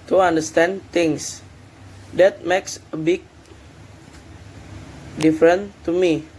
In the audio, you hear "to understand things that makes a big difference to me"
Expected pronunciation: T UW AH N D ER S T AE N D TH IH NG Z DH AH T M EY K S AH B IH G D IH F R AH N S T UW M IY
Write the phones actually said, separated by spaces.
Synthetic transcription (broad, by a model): T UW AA N D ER S T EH N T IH NG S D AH T M EY K S AH B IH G D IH F R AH N T UW M IY